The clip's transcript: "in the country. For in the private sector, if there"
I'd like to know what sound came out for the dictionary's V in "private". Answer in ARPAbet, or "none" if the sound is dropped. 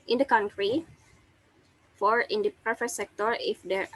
F